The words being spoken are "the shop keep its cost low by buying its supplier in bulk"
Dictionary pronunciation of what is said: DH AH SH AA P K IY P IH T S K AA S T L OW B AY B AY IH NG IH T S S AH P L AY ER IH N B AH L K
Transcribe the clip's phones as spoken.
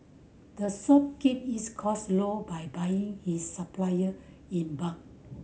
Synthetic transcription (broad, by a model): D AH S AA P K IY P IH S K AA S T L OW B AY B AY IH NG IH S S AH P L AY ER IH N B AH K